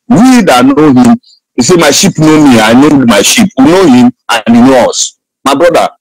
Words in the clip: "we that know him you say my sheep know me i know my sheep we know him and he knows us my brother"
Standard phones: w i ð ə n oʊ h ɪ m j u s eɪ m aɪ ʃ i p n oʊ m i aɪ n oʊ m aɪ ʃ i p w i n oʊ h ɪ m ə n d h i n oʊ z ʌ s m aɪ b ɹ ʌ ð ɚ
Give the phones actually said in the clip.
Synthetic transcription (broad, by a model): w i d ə n oʊ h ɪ m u s eɪ m aɪ ʃ i p n oʊ m i aɪ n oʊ m aɪ ʃ i p w i n oʊ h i m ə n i n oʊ ɔ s m aɪ b ɹ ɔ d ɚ